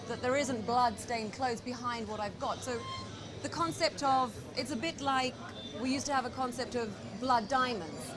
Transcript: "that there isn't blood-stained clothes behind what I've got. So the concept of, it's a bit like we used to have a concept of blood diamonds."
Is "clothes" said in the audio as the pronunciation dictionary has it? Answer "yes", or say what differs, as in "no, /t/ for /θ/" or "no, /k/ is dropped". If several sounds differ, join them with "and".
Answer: yes